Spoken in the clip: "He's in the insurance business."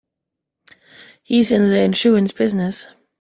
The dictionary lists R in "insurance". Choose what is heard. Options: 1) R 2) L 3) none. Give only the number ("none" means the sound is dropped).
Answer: 3